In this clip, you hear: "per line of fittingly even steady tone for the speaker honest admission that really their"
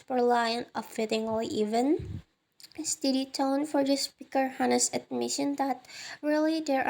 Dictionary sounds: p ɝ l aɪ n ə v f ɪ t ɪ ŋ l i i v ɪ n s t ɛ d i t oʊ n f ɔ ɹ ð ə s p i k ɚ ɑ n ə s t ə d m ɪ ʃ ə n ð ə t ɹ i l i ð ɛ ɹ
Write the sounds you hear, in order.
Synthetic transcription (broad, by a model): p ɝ l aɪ n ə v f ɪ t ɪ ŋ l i i v ɪ n s t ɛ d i t oʊ n f ɔ ɹ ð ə s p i k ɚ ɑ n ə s ə d m ɪ ʃ ə n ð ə t ɹ i l i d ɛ ɹ